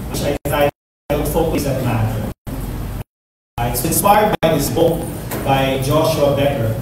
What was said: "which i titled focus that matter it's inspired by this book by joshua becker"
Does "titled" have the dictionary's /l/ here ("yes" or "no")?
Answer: no